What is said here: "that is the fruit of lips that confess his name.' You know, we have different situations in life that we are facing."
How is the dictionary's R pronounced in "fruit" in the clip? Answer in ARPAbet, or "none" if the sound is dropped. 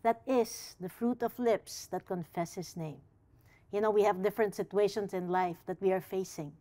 R